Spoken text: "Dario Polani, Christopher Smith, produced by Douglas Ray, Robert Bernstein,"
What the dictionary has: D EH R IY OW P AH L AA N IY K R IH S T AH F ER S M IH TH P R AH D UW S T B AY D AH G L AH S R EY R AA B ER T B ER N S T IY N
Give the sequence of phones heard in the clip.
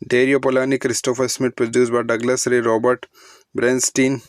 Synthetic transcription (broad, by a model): D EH R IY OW P AH L AA N IY K R IH S T AH F ER S M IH T P R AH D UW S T B AY D AH G L AH S R EY R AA B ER T B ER N S T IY N